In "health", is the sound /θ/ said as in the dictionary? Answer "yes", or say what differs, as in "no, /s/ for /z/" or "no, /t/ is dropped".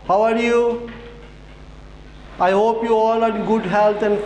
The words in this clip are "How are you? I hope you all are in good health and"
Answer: no, /t/ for /θ/